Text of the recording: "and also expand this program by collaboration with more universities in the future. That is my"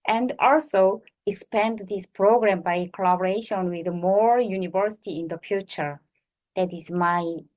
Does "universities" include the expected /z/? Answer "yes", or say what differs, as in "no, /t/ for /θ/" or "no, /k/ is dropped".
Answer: no, /z/ is dropped